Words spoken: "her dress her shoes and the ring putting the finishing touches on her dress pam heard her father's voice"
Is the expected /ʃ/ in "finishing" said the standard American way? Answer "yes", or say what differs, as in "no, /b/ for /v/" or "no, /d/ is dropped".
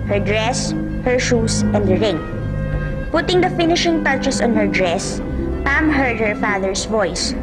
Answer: yes